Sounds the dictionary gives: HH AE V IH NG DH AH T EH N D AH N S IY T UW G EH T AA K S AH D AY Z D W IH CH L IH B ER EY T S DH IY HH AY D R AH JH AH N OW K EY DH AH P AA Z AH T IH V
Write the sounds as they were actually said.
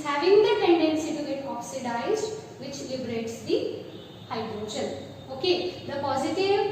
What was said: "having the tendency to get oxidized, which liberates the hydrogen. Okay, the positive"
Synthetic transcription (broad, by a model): HH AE V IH NG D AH T EH N D AH N S IY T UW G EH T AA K S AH D AY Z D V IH CH L IH B ER EY T S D IY HH AY D R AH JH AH L OW K EY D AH P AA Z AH T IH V